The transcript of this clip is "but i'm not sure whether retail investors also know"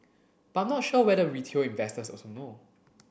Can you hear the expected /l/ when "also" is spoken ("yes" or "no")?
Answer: no